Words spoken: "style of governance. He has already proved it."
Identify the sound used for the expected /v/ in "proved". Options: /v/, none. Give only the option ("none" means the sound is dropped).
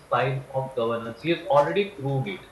none